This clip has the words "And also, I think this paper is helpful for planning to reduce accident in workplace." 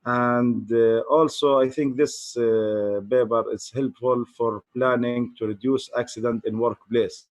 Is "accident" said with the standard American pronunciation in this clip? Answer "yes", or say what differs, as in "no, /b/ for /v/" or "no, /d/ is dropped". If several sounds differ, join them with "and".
yes